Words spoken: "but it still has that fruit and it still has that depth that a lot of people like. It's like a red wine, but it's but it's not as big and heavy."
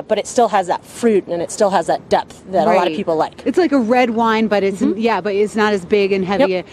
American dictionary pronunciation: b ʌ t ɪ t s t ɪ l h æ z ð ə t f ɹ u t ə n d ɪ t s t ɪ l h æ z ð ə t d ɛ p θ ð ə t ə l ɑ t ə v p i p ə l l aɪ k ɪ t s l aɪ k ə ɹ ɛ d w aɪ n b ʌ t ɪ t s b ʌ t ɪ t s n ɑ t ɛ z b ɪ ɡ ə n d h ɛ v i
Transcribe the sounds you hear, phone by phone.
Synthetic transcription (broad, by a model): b ʌ t ɪ t s t ɪ l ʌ z ð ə t f ɹ u t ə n ɪ t s t ɪ l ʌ z ð ə t d ɛ p θ ð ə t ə l ɑ t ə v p i p l l aɪ k ɪ t s l aɪ k ə ɹ ɛ d w aɪ n b ʌ t ɪ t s b ʌ t ɪ t s n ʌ t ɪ z b ɪ ɡ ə n h ɛ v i